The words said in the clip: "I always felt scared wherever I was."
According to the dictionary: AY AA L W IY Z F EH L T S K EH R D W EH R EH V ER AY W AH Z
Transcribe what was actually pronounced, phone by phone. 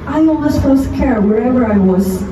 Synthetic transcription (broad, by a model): AY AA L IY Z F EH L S K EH R W EH R EH V ER AY W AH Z